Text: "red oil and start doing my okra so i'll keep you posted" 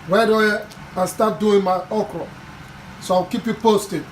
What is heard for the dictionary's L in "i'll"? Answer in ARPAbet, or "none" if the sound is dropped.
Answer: W